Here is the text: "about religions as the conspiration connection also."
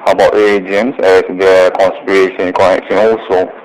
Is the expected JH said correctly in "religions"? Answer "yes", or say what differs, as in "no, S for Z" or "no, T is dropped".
no, JH is dropped